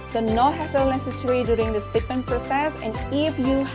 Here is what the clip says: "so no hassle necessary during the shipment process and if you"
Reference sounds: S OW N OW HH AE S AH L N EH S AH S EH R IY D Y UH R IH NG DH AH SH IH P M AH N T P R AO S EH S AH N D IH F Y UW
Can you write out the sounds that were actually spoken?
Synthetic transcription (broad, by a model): S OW N OW HH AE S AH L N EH S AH S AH R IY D Y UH R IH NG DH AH S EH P M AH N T P R AO S EH S AH N D IH F Y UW